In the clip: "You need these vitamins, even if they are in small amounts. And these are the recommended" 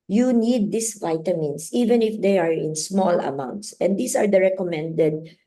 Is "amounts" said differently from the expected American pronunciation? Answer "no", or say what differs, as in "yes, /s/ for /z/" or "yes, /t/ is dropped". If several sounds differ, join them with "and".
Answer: no